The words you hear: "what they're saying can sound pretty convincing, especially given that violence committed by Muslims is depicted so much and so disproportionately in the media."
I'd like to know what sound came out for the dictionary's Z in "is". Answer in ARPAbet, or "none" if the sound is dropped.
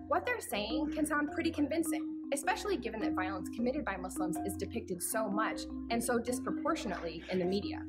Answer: Z